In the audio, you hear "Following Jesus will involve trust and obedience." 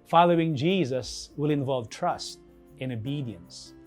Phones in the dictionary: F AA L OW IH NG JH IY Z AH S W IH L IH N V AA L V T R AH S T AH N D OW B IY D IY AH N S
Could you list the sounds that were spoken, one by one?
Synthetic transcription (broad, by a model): F AA L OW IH NG JH IY Z AH S W IH L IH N V AA L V T R AH S T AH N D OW B IY D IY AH N S